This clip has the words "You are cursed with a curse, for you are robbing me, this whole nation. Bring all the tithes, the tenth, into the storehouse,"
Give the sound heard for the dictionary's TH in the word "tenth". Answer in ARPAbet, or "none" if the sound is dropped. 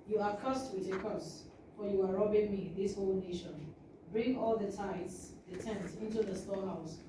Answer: S